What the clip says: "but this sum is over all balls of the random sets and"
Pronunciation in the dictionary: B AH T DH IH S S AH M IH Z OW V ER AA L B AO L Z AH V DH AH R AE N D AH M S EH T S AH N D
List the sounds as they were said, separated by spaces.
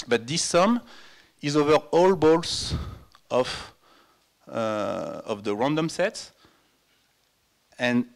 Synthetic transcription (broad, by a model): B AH T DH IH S S AH M IH Z OW V ER AA L B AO L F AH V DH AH R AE N D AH M S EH T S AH N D